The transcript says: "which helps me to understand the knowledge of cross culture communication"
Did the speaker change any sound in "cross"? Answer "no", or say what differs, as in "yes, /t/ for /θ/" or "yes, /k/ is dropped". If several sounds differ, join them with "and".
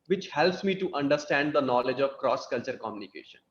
no